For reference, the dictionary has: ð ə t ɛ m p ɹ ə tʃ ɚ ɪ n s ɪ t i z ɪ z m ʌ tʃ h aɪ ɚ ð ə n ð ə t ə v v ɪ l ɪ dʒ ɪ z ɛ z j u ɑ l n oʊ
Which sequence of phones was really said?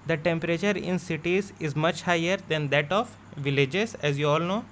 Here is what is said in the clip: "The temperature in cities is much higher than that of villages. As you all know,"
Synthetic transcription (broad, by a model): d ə t ɛ m p ɹ ə tʃ ɚ ɪ n s ɪ t i z ɪ z m ʌ tʃ h aɪ ɚ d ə n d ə t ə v v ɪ l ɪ dʒ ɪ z ɛ z j u ɑ l n oʊ